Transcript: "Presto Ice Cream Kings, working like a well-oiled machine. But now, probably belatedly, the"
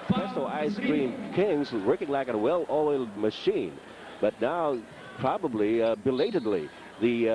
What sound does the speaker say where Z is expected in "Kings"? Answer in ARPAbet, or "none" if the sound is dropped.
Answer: Z